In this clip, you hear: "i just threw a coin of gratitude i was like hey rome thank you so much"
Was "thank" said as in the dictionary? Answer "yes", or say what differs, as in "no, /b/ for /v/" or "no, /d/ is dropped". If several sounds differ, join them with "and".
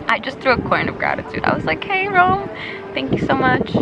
yes